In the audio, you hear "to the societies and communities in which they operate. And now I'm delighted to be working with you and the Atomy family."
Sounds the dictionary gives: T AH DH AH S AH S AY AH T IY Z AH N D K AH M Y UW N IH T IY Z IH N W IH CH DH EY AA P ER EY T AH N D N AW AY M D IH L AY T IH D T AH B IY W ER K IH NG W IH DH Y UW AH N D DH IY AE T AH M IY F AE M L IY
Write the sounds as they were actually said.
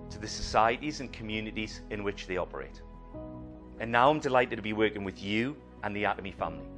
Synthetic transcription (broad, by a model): T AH DH AH S AH S AY AH T IY Z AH N K AH M Y UW N IH T IY Z IH N W IH CH DH EY AA P ER EY T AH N N AW AY M D IH L AY T IH D T AH B IY W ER K IH NG W IH DH Y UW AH N DH IY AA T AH M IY F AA M L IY